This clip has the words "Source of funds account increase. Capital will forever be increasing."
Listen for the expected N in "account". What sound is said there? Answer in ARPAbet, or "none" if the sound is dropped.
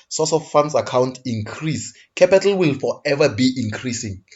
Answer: N